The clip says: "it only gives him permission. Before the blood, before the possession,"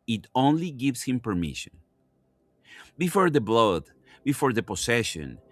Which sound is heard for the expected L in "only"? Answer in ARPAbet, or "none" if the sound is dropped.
L